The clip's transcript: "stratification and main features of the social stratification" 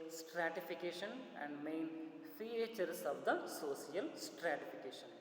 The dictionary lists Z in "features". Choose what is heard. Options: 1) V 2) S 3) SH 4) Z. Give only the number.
2